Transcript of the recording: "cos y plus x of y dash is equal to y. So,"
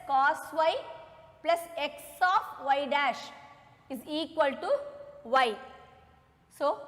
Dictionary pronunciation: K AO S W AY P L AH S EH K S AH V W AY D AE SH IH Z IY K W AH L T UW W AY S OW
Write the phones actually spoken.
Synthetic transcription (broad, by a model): K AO S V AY P L AH S EH K S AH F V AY D AE SH IH Z IY K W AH L T UW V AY S OW